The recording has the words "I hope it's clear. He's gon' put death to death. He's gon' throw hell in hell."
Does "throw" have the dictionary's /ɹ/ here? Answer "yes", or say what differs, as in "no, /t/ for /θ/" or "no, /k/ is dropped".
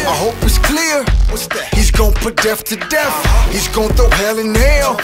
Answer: no, /ɹ/ is dropped